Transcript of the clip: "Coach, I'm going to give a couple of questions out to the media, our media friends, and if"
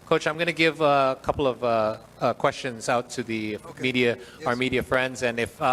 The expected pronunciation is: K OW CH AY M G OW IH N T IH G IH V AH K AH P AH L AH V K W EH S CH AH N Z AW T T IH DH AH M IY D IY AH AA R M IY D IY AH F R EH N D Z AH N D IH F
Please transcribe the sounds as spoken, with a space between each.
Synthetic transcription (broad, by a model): K OW CH AY M G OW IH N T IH G IH V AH K AH P L AH V K W EH S CH AH N Z AW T T IH DH AH M IY D IY AH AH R M IY D IY AH F R EH N D Z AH N IH F